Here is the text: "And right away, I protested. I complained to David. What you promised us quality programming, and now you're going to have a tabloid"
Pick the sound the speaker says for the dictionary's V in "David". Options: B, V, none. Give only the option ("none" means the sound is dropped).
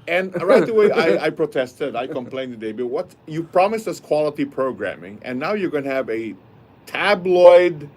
B